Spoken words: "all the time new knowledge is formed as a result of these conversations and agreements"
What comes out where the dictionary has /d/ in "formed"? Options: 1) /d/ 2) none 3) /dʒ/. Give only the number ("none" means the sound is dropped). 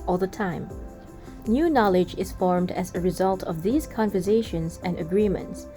1